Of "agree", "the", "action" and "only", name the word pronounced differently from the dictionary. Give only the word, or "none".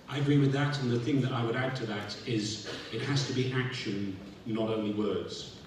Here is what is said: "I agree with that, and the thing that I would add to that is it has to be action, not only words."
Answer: none